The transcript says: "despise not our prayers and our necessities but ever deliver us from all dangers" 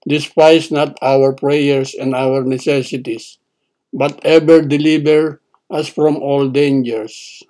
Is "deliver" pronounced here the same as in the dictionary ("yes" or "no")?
no